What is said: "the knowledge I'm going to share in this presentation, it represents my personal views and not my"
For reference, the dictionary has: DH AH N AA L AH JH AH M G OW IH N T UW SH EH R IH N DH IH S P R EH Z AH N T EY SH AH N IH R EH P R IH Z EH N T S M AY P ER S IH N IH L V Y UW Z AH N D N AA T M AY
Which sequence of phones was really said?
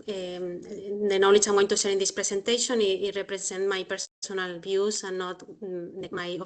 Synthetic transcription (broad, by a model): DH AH N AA L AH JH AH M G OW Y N T UW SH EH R IH N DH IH S P R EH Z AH N T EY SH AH N IH R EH P R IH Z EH N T M AY P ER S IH N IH L B Y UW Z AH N N AA T M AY